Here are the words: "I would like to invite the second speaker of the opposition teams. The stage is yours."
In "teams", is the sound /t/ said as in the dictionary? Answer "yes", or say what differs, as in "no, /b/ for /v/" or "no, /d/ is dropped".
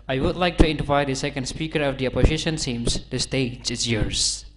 no, /s/ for /t/